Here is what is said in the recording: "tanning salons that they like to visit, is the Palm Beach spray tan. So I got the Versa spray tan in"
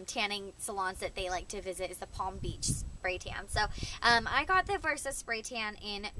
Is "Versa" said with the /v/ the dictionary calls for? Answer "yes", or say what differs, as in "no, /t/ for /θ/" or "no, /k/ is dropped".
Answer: yes